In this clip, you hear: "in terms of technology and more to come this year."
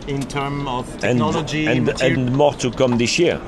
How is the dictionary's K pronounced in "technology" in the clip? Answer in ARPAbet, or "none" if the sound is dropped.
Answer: none